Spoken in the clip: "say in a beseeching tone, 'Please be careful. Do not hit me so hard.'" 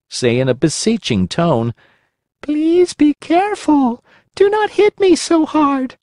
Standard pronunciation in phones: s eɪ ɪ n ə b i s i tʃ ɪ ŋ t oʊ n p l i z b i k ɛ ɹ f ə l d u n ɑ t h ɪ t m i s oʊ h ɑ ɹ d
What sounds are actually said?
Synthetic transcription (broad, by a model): s eɪ ɪ n ə b i s i tʃ ɪ ŋ t oʊ n p l i z b i k ɛ ɹ f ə l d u n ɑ t h ɪ t m i s oʊ h ɑ ɹ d